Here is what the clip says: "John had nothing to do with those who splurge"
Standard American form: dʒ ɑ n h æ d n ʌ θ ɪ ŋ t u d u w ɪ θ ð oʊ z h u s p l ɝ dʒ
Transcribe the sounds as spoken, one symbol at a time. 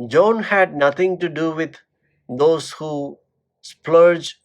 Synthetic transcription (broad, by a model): dʒ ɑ n h æ d n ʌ t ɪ ŋ t u d u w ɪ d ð oʊ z h u s p l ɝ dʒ